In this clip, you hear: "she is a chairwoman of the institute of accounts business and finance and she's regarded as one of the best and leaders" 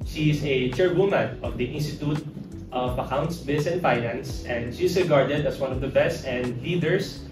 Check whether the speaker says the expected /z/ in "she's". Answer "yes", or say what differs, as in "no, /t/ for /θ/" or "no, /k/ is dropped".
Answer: no, /s/ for /z/